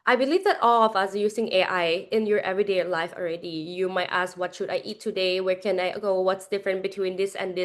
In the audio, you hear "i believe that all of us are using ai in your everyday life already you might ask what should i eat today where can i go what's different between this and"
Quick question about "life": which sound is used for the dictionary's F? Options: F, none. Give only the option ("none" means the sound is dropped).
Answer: F